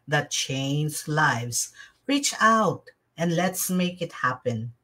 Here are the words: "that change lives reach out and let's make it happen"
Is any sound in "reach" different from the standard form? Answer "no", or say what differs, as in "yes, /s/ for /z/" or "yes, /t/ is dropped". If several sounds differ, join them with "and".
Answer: no